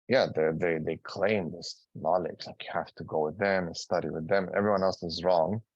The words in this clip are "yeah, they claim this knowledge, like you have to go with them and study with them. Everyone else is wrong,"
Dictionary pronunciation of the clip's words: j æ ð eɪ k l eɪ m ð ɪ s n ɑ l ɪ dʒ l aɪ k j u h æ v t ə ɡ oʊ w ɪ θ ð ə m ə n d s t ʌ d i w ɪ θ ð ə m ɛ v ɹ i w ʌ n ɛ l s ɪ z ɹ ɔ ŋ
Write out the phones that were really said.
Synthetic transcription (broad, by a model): j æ ð eɪ k l eɪ m ð ɪ s n ɑ l ɪ dʒ l aɪ k j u h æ f t ə ɡ oʊ w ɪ ð ə m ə n s t ʌ d i w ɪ ð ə m ɛ v ɹ i w ʌ n ɛ l s ɪ z ɹ ɔ ŋ